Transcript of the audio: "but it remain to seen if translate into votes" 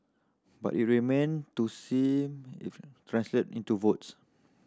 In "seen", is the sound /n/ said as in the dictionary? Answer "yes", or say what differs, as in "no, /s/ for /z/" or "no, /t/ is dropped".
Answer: no, /n/ is dropped